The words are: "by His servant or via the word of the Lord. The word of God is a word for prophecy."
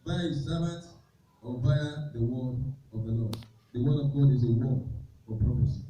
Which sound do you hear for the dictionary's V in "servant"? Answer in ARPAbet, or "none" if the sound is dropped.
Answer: B